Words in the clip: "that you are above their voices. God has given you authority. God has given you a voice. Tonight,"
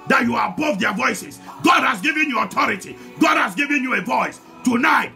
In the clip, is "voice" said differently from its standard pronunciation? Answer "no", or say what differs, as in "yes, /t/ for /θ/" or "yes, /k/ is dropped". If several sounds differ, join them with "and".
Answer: no